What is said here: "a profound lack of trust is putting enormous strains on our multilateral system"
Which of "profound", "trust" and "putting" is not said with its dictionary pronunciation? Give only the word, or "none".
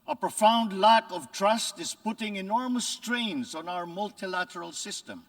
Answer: none